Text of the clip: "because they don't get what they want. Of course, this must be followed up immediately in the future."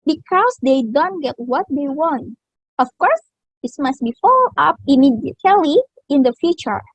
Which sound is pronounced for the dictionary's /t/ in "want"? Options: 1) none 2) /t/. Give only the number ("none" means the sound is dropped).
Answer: 2